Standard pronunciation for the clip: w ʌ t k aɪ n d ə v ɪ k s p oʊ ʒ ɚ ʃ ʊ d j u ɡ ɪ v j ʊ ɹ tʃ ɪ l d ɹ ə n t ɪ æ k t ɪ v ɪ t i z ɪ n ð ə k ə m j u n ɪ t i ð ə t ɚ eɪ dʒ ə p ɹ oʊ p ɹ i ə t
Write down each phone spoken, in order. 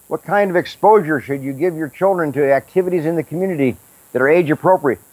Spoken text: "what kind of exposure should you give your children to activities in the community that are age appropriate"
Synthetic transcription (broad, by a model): w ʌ t k aɪ n d ə v ɪ k s p oʊ ʒ ɚ ʃ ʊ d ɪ ɡ ɪ v j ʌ ɹ tʃ ɪ l d ɹ ə n t ɪ æ k t ɪ v ɪ t i z ɪ n ð ə k m j u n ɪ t i ð ə t ɚ eɪ dʒ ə p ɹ oʊ p ɹ i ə t